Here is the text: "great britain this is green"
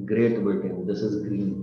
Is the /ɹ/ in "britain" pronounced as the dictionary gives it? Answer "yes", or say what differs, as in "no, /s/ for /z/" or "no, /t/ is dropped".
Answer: no, /ɹ/ is dropped